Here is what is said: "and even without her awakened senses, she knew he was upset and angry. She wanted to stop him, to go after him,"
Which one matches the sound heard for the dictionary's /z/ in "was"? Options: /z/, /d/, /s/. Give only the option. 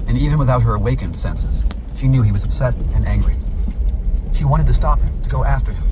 /z/